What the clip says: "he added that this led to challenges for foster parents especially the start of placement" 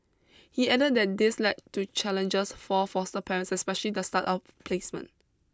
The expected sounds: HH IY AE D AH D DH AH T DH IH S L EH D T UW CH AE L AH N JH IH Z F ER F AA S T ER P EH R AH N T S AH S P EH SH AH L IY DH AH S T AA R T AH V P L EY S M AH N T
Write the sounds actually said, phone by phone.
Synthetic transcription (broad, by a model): HH IY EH D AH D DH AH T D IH S L EH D T UW CH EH L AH N JH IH S F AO F AA S T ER P EH R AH N S AH S P EH SH AH L IY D AH S T AA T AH F P L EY S M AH N